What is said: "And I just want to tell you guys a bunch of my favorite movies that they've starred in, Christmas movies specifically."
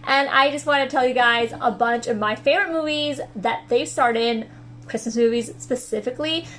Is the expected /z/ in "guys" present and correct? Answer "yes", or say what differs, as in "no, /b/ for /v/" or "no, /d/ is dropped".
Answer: yes